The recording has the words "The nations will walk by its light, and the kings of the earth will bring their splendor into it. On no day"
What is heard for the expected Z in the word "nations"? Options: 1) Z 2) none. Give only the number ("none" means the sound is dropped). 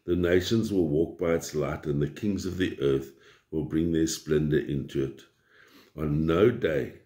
1